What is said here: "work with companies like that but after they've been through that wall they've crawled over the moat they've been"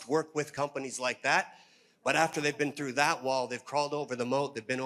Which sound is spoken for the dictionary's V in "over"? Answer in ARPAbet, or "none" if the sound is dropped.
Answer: V